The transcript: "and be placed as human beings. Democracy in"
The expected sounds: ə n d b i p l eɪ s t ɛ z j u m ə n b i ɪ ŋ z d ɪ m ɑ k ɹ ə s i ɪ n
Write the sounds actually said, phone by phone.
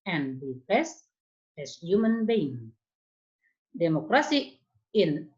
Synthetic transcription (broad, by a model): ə n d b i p eɪ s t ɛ s j u m ə n b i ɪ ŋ d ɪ m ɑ k ɹ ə s i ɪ n